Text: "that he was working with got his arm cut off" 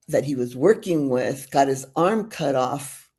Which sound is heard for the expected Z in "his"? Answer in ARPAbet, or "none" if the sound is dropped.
Z